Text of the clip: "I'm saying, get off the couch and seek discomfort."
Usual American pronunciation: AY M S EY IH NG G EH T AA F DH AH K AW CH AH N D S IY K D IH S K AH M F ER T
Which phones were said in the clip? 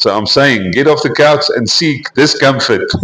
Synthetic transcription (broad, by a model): AY M S EY IH NG G EH T AA F DH AH K AW S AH N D S IY K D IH S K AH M F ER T